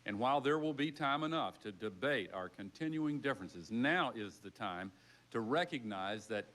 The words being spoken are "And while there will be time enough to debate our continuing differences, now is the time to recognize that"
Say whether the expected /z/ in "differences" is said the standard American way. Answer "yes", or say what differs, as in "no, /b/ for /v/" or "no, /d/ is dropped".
yes